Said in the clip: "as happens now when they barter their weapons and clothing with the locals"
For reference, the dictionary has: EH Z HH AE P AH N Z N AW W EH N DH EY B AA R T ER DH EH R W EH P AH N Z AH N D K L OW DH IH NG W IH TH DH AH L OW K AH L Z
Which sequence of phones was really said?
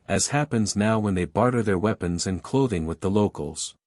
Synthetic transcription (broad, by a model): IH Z HH AE P AH N Z N AW W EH N DH EY B AA R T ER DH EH R W EH P AH N Z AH N K L OW DH IH NG W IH DH AH L OW K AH L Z